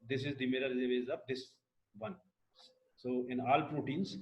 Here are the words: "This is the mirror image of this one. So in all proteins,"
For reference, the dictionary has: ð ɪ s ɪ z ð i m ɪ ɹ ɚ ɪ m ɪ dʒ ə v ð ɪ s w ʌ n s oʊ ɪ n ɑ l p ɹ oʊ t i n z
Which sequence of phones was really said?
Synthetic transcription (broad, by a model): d ɪ s ɪ z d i m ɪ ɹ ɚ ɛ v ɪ z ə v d ɪ s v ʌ n s oʊ ɪ n ɑ l p ɹ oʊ t i n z